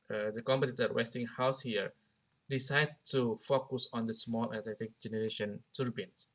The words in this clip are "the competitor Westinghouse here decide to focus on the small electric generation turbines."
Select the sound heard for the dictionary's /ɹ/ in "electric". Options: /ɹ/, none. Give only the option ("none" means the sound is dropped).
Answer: none